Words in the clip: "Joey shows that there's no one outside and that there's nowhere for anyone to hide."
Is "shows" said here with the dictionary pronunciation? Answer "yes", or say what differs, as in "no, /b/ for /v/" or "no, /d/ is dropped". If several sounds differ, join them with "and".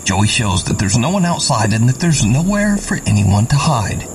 yes